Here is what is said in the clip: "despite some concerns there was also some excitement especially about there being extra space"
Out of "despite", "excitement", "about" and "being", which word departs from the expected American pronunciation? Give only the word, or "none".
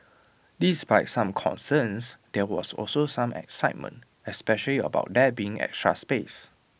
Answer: despite